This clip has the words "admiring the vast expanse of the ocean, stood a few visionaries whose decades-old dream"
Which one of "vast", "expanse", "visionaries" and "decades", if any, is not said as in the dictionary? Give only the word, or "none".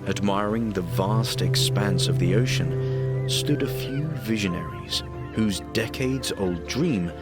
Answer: none